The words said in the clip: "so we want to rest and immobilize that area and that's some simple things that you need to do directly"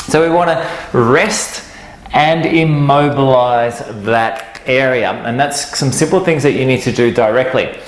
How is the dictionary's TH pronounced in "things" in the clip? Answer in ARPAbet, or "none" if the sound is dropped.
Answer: TH